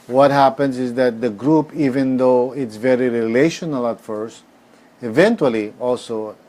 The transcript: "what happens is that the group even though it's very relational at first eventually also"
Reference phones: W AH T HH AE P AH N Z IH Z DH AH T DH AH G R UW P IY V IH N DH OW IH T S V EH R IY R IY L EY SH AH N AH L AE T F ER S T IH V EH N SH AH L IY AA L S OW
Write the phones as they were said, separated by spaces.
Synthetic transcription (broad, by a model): W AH T HH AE P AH N S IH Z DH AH T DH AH G R UW P IY V IH N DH OW IH T S V EH R IY R IY L EY SH AH N AH L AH T F ER S T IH V EH N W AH L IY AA L S OW